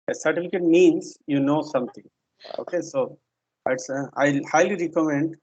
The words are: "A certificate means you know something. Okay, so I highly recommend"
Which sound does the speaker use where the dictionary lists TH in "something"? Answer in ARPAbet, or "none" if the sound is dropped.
T